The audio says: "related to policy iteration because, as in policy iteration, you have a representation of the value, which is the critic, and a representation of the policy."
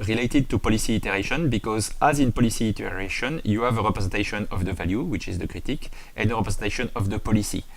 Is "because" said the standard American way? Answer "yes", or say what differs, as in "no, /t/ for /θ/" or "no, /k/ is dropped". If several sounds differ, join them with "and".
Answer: yes